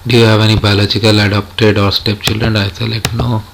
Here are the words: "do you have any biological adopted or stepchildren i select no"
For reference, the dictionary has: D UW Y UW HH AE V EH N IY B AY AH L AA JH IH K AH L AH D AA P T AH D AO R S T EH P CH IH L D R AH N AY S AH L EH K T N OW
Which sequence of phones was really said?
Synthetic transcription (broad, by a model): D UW Y UW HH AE V EH N IY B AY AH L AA CH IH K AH L AH D AA P T AH D AO R S T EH P CH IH L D R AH N AY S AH L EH T N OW